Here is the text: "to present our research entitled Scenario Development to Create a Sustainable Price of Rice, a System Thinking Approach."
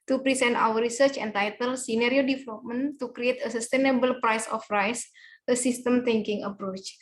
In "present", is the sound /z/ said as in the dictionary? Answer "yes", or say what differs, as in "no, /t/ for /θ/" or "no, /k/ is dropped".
no, /s/ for /z/